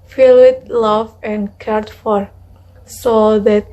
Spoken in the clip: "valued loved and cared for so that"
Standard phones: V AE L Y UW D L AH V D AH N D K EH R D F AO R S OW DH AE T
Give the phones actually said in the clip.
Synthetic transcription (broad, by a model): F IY L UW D L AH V AH N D K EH R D F AO R S OW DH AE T